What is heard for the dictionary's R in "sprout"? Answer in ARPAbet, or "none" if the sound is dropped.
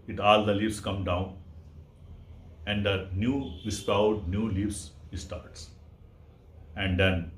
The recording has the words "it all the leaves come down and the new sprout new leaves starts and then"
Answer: none